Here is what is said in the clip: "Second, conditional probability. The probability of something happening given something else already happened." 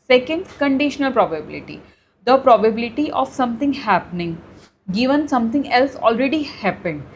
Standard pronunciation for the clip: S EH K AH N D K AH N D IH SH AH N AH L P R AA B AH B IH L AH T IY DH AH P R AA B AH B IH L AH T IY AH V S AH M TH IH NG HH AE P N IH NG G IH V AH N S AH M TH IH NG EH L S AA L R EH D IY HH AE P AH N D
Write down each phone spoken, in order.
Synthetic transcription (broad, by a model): S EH K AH N D K AH N D IH SH AH N AH L P R AA B AH B IH L AH T IY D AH P R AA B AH B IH L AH T IY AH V S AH M T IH NG HH AE P N IH NG G IH V AH N S AH M T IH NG EH L S AA L R EH D IY HH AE P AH N D